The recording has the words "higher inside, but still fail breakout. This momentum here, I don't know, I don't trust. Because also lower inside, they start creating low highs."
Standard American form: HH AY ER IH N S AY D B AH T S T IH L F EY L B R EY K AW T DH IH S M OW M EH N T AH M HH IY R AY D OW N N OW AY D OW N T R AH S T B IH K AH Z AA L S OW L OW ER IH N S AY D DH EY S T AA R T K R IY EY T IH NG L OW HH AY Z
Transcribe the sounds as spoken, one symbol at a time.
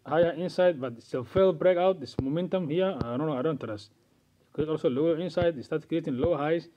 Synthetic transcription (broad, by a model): HH AY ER IH N S AY D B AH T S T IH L F EY L B R EY K AW T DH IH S M OW M EH N T AH M HH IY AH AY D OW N N OW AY D OW N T AH T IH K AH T AA L S OW L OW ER IH N S AY D S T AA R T K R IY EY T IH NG L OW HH AY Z